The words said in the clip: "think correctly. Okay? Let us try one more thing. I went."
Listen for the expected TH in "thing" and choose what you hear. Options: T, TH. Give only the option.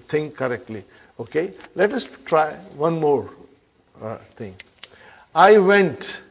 T